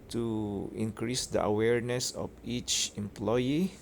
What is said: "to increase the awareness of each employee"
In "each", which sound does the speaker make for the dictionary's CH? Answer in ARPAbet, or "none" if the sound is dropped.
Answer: CH